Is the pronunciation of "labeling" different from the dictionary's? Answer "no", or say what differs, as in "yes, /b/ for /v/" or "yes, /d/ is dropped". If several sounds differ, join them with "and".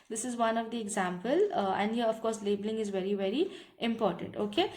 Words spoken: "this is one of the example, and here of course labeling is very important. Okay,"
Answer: no